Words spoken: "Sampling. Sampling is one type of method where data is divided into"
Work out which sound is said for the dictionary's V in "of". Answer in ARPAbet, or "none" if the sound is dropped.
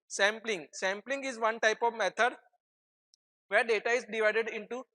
V